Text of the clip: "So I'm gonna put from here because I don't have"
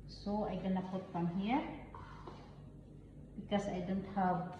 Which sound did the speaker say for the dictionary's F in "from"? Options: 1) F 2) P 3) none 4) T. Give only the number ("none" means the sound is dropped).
2